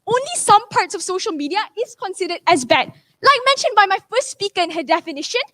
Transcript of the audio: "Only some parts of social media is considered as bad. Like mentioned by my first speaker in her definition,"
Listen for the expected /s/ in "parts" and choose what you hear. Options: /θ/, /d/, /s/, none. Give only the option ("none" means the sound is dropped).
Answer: /s/